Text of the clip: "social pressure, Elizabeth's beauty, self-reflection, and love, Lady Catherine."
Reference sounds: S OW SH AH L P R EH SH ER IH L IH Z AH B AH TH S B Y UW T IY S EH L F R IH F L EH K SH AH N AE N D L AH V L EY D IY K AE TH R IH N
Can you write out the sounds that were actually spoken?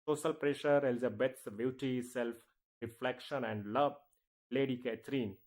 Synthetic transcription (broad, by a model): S OW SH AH L P R EH SH ER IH L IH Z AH B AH T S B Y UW T IY S EH L F R IH F L EH K SH AH N AE N D L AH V L EY D IY K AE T R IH N